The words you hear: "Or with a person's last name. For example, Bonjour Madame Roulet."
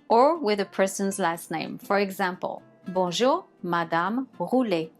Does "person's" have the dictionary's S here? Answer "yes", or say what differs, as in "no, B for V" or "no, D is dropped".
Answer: yes